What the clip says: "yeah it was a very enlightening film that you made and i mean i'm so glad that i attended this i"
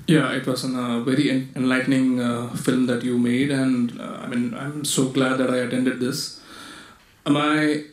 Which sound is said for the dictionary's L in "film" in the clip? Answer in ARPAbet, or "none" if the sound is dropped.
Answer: L